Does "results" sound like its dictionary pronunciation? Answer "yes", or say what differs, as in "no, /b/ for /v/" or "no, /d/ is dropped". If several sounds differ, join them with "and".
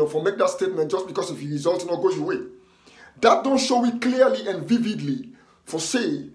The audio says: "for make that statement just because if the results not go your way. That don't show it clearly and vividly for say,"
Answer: no, /s/ is dropped